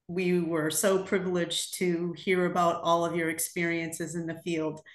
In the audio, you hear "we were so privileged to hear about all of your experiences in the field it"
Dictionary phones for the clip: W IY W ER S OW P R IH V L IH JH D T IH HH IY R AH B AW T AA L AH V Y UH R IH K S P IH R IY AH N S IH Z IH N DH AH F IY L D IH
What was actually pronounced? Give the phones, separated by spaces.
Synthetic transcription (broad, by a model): W IY W ER S OW P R IH V L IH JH T IH HH IY R AH B AW T AA L AH V Y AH R IH K S P IH R IY AH N S IH Z IH N DH AH F IY L D